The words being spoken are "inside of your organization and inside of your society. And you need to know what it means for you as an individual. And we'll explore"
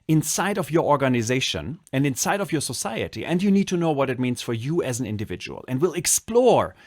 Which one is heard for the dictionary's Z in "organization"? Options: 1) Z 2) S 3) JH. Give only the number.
1